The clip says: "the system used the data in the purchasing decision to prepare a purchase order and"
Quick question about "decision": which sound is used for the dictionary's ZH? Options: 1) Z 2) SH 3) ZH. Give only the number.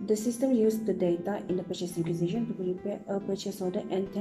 2